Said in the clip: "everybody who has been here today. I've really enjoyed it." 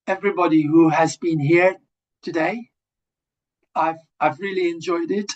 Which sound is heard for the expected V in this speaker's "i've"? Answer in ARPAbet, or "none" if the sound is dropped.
V